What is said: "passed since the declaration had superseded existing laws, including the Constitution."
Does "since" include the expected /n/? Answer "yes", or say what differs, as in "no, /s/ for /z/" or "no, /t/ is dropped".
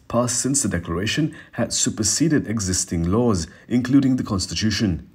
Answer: yes